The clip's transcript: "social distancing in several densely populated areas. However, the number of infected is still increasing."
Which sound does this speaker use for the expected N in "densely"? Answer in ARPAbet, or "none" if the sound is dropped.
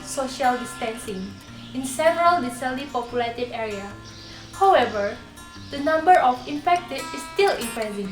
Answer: none